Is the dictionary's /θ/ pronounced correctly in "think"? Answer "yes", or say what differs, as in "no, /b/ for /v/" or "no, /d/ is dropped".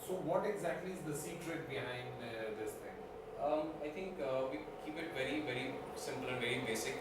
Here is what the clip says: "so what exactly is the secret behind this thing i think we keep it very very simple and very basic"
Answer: no, /t/ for /θ/